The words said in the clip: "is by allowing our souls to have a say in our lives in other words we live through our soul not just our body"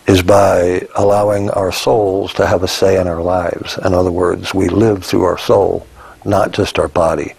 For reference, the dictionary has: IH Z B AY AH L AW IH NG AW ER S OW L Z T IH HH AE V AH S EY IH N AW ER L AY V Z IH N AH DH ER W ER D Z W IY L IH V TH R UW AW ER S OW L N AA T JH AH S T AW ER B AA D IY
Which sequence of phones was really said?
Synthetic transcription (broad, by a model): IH Z B AY AH L AW IH NG AW ER S OW L Z T IH V AH S EY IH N AW ER L AY V Z IH N AH DH ER W ER D Z W IY L IH V TH R UW AW ER S OW L N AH T JH AH S T AW ER B AA D IY